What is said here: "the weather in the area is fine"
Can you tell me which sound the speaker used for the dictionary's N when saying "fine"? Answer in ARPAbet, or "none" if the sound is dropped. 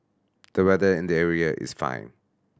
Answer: N